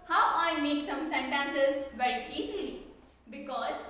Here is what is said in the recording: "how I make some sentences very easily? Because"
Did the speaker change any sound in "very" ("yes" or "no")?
no